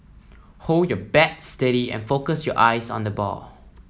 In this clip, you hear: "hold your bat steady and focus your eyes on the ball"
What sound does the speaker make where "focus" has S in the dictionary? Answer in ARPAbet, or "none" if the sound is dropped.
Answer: S